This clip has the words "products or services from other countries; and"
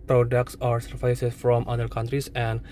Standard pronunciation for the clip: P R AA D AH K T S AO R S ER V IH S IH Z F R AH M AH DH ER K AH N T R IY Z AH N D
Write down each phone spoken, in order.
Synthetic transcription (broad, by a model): P R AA D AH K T S AO R S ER F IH S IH S F R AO M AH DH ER K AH N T R IY S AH N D